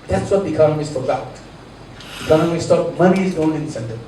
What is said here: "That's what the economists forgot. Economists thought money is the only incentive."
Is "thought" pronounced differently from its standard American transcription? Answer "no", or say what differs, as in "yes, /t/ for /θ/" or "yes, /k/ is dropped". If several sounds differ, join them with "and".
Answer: yes, /t/ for /θ/